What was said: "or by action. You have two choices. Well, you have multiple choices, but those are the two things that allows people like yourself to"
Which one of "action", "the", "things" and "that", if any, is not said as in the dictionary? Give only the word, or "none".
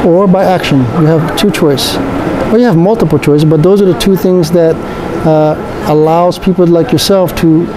none